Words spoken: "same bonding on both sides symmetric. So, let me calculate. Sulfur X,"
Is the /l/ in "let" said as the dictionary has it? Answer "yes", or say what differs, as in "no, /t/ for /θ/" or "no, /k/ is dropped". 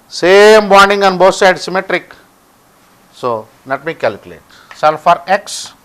no, /n/ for /l/